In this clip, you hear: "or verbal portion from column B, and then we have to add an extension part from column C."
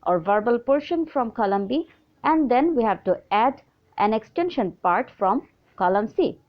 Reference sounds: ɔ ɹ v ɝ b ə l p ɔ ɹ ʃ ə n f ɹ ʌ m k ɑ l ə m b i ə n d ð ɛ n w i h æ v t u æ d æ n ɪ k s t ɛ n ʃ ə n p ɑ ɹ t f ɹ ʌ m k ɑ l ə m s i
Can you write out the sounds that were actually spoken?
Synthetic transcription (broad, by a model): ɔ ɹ v ɝ b ə l p ɔ ɹ ʃ ə n f ɹ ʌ m k ɑ l ə m b i ə n d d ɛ n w i h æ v t u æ d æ n ɪ k s t ɛ n ʃ ə n p ɑ ɹ t f ɹ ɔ m k ɑ l ə m s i